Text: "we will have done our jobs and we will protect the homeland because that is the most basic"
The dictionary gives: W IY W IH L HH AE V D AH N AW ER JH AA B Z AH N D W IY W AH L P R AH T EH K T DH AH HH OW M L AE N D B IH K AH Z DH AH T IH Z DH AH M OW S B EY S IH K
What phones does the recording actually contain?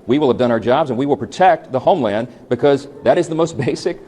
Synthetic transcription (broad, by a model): W IY W IH L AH V D AH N AW ER JH AA B Z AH N W IY W AH L P R AH T EH K T DH AH HH OW M L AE N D B IH K AH Z DH AH T IH Z DH AH M OW S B EY S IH K